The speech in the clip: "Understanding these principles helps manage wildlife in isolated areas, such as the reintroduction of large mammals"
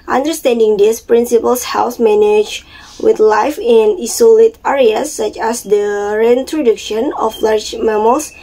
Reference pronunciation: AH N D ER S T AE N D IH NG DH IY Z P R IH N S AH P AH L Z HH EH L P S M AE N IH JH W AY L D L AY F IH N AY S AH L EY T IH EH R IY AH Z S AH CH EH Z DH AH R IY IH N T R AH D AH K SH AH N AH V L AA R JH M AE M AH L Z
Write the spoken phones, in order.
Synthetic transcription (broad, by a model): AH N D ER S T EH N D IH NG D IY S P R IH N S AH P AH L S HH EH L S M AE N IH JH W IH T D L AY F IH N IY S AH L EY T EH R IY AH S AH CH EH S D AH R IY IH N T R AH D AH K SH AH N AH F L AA R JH M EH M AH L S